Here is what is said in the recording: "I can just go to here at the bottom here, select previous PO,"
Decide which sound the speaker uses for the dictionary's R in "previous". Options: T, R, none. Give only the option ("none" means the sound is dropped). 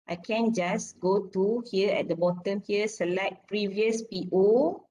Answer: R